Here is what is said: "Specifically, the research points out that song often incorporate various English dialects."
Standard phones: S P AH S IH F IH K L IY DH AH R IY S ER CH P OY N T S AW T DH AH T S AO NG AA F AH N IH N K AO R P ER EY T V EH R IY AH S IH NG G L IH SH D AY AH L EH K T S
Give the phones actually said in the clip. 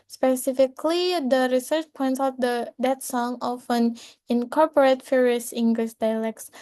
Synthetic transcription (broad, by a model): S P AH S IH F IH K L IY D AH R IY S ER CH P OY N T S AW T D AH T S AO NG AA F AH N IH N K AO R P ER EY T F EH R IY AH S IH NG G L IH SH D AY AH L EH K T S